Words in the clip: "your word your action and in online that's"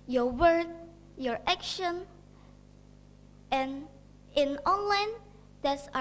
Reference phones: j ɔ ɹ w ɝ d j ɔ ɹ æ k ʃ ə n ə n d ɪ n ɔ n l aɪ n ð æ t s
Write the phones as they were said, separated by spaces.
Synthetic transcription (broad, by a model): j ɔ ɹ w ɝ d j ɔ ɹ æ k ʃ ə n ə n ɪ n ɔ n l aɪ n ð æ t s